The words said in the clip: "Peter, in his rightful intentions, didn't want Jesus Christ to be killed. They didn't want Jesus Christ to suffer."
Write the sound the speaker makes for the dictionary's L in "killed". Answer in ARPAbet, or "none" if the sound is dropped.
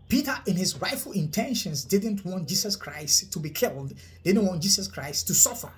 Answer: L